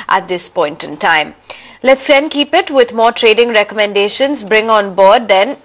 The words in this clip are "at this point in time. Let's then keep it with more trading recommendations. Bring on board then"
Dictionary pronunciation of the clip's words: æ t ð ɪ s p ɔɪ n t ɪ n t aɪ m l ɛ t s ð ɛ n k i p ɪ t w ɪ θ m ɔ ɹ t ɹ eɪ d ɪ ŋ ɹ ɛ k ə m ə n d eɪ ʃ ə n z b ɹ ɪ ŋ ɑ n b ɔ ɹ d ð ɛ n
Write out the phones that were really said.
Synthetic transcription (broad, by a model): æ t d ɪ s p ɔɪ n t ɪ n t aɪ m l ɛ t s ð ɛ n k i p ɪ t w ɪ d m ɔ ɹ t ɹ eɪ d ɪ ŋ ɹ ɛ k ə m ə n d eɪ ʃ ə n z b ɹ ɪ ŋ ɑ n b ɔ ɹ d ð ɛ n